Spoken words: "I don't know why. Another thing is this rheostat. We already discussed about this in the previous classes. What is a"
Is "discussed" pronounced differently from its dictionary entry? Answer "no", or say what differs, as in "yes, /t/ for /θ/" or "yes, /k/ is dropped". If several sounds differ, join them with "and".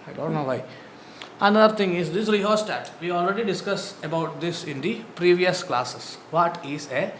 yes, /t/ is dropped